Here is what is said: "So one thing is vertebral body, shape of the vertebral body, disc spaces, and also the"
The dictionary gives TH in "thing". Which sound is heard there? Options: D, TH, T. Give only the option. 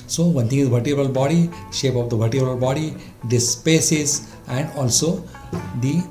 T